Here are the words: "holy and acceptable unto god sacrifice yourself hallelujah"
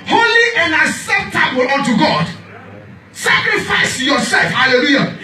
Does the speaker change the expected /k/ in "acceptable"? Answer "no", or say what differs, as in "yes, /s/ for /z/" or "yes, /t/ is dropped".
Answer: yes, /k/ is dropped